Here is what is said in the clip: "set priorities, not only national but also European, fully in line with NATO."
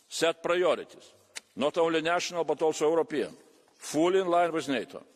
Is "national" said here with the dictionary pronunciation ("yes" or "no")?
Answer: yes